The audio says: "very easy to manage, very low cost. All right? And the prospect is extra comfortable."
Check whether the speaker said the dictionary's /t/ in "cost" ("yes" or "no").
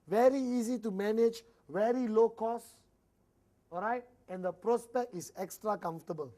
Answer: no